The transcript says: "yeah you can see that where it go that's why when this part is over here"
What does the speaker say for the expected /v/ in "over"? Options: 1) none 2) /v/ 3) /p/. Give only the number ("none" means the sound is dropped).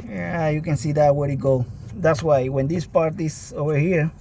2